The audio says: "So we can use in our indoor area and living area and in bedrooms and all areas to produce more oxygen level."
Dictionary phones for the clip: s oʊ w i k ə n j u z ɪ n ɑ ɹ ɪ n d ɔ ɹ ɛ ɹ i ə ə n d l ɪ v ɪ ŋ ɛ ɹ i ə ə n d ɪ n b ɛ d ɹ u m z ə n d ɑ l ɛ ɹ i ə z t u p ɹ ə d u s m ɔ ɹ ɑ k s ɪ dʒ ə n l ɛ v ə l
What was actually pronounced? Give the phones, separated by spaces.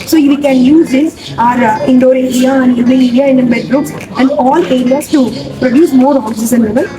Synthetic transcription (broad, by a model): s oʊ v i k ə n j u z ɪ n ɑ ɹ ɪ n d ɔ ɹ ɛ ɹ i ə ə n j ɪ b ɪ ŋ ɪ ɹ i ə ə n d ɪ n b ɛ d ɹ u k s ə n d ɑ l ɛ ɹ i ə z t u p ɹ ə d u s m ɔ ɹ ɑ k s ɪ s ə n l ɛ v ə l